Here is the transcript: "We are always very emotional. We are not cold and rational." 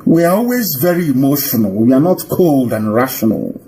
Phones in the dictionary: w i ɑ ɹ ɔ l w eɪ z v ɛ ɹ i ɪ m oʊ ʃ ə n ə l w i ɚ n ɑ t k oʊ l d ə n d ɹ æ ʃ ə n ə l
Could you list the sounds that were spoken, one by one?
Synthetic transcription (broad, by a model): w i ɑ ɹ ɔ l w eɪ z v ɛ ɹ i ɪ m oʊ ʃ ə n ə l w i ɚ n ɑ t k oʊ l d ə n ɹ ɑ ʃ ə n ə l